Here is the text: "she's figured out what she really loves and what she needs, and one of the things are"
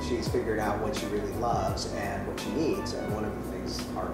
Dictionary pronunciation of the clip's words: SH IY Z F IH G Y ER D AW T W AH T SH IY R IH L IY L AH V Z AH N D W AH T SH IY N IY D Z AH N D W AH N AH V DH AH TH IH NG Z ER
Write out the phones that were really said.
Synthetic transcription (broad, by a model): SH IY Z F IH G Y ER D AW T W AH T SH IY R IH L IY L AH V Z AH N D W AH T SH IY N IY D Z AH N W AH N AH V DH AH TH IH NG Z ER